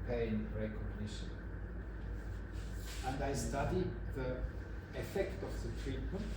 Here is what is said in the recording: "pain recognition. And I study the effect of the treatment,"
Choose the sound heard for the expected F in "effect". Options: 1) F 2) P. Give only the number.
1